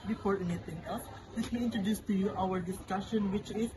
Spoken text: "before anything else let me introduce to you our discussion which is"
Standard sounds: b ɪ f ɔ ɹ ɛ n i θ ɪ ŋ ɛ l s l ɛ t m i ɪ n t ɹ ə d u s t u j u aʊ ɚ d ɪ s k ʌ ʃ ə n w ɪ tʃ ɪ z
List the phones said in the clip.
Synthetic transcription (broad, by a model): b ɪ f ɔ ɹ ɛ n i t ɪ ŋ ɛ l s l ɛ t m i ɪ n t ɹ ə d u s t u j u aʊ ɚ d ɪ s k ʌ ʃ ə n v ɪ tʃ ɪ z